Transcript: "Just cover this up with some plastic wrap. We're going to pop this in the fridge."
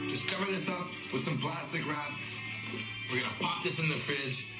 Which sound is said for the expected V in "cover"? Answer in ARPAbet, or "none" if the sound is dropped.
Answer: V